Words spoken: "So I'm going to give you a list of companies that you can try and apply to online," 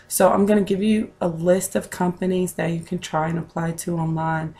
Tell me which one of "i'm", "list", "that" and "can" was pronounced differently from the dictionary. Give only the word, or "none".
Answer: none